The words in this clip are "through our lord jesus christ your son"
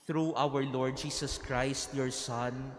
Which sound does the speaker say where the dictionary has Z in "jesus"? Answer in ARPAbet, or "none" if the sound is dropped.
S